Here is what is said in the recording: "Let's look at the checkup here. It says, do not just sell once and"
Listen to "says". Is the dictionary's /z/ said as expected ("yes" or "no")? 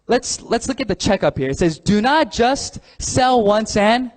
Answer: yes